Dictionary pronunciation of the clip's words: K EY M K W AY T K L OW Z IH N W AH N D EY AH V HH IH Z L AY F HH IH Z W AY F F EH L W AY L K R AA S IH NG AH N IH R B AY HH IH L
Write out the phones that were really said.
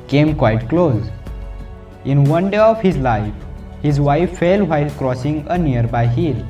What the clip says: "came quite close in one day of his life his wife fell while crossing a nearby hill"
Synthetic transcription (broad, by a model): K EY M K W AY T K L OW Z IH N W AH N D EY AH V HH IH Z L AY F HH IH Z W AY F F EH L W AY L K R AA S IH NG AH N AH R B AY HH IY L